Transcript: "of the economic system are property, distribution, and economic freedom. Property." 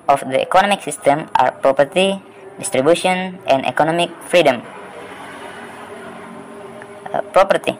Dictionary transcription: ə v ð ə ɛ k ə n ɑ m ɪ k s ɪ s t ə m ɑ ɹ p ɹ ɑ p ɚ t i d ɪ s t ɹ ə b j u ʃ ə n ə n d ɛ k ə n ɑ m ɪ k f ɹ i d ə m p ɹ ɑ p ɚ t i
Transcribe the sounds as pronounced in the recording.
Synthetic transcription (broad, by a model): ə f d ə ɛ k ə n ɑ m ɪ k s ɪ s t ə m ɑ ɹ p ɹ ɑ p ɚ t i d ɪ s t ɹ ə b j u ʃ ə ə n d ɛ k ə n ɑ m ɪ k f ɹ i d ə m p ɹ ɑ p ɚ t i